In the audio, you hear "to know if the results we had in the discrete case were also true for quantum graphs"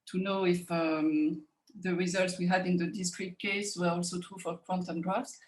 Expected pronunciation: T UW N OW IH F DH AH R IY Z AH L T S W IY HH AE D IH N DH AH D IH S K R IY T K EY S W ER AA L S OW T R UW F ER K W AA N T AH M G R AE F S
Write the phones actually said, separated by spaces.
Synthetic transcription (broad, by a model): T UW N OW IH F DH AH R IY Z AH L T S W IY HH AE D IH N DH AH D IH S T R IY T K EY S W ER AA L S OW T R UW F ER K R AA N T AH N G R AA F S